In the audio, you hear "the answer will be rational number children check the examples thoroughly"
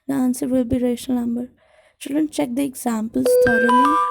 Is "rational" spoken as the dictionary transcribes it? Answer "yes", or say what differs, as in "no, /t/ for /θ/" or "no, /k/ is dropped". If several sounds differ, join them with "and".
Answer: no, /n/ is dropped